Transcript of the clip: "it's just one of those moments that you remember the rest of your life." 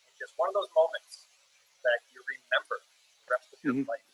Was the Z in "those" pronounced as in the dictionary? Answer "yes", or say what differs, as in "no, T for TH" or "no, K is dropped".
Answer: yes